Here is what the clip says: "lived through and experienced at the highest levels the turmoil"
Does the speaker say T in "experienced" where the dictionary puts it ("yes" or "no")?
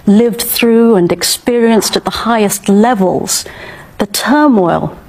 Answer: yes